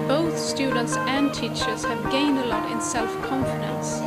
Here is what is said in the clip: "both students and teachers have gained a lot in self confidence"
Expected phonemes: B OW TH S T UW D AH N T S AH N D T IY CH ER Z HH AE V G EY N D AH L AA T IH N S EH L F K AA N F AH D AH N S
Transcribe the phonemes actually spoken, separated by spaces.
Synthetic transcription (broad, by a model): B OW TH S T UW D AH N T S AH N T IY CH ER Z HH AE V G EY N D AH L AA T IH N S EH L F K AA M F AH D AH N S